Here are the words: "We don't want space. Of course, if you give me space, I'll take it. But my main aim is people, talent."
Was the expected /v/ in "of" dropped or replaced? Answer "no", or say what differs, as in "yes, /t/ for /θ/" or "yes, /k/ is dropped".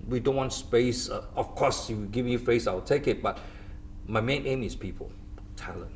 yes, /f/ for /v/